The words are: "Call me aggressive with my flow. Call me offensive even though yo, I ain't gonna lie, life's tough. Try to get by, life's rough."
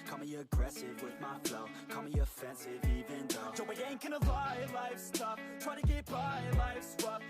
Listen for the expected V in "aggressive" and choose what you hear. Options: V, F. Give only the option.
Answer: V